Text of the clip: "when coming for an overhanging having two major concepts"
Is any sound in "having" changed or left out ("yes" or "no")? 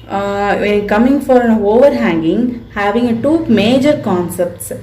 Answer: no